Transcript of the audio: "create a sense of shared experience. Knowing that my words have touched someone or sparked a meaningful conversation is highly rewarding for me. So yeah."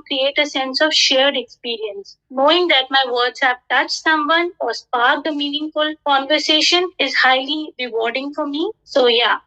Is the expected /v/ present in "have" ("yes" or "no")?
no